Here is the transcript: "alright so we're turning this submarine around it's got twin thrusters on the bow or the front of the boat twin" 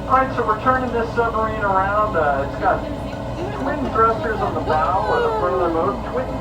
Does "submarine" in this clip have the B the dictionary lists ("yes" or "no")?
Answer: no